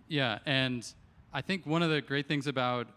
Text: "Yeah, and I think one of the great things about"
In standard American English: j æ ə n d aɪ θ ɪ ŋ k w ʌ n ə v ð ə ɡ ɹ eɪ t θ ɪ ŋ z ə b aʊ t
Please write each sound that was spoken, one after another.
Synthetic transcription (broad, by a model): j æ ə n aɪ θ ɪ ŋ k w ʌ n ə v ð ə ɡ ɹ eɪ t θ ɪ ŋ z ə b aʊ t